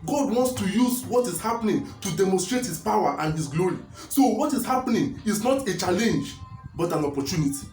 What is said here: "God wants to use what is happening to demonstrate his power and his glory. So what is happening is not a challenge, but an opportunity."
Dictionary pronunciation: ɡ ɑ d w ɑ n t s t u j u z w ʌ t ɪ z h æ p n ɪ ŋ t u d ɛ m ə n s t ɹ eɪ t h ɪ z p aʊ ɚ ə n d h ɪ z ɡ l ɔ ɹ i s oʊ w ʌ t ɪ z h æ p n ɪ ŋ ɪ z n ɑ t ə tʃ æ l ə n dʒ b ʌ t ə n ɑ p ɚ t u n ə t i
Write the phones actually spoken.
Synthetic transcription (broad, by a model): ɡ ɑ d w ɑ n t s t u j u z w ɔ t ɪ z h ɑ p n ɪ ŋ t u d ɛ m ə n s t ɹ eɪ t h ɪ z p aʊ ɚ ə n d h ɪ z ɡ l ɔ ɹ i s oʊ w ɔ t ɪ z h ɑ p n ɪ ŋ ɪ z n ɑ t ə tʃ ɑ l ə n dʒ b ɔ t ə n ɑ p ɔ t u n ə t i